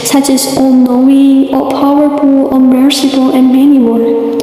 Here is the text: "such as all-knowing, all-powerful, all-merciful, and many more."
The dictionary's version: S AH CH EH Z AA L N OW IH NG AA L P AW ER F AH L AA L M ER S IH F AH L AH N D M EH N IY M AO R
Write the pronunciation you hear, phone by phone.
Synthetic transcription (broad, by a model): S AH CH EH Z AA L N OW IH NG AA P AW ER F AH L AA M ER S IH P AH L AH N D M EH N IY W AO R